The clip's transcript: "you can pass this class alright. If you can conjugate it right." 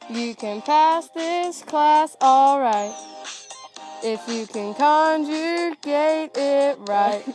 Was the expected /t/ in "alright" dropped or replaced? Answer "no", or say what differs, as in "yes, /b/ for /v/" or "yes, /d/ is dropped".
no